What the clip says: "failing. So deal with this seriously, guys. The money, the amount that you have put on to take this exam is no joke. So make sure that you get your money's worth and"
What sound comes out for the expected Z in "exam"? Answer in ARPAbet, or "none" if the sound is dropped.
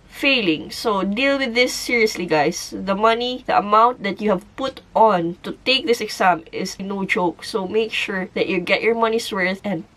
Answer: S